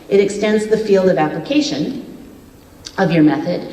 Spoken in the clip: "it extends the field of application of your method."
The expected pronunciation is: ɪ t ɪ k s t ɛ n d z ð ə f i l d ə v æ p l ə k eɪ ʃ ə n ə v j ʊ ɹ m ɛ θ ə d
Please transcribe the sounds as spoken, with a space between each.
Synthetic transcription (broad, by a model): ɪ t ɪ k s t ɛ n d z ð ə f i l d ə v æ p l ə k eɪ ʃ ə n ə v j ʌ ɹ m ɛ θ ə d